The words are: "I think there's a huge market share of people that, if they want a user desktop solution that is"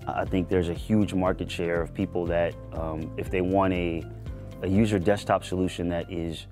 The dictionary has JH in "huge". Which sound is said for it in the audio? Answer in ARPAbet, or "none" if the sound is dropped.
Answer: JH